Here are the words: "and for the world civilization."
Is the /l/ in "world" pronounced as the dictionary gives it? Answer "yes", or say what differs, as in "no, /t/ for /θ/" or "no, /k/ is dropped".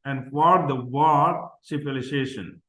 no, /l/ is dropped